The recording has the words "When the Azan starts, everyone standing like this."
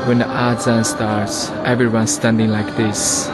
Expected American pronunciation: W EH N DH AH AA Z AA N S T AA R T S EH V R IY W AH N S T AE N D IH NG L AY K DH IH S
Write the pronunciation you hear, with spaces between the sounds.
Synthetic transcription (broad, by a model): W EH N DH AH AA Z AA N S T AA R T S EH V R IY W AH N S T AE N D IH NG L AY K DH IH S